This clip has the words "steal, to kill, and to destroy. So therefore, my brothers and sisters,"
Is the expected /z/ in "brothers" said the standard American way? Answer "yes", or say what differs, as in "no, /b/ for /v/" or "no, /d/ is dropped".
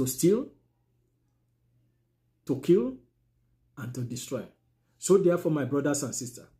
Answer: no, /s/ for /z/